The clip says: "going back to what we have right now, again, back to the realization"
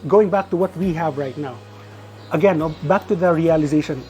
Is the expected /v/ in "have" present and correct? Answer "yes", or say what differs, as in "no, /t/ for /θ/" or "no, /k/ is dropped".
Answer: yes